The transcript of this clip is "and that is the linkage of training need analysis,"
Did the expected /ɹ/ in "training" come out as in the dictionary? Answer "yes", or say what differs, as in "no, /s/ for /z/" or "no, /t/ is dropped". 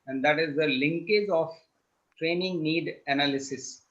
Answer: yes